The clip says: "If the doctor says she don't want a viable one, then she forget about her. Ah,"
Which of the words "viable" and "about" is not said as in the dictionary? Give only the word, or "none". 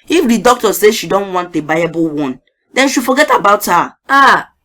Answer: viable